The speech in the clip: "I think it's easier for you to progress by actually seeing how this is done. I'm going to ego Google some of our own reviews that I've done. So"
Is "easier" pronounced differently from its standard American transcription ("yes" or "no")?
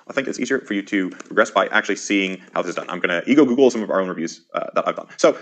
no